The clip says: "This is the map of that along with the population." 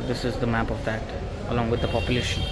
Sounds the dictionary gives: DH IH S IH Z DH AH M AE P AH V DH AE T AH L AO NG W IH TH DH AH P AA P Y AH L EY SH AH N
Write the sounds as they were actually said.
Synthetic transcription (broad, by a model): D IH S IH Z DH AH M AE P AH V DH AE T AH L AO NG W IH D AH P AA P Y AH L EY SH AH N